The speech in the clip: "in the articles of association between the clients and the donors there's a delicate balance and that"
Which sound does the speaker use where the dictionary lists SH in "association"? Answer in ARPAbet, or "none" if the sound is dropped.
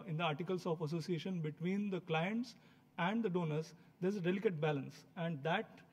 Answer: SH